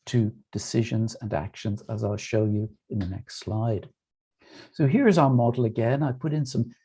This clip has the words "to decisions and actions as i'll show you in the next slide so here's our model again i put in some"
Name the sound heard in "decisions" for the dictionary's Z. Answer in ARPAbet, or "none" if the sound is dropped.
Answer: Z